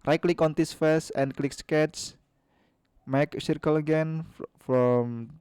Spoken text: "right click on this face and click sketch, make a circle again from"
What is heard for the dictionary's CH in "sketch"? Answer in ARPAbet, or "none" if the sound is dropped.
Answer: S